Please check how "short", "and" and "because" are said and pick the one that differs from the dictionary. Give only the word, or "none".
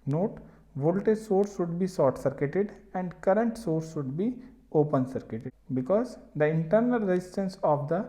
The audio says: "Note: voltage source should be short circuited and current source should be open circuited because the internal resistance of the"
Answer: short